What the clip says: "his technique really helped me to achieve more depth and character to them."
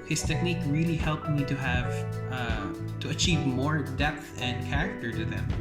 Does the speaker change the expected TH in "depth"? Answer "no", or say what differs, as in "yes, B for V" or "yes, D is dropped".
no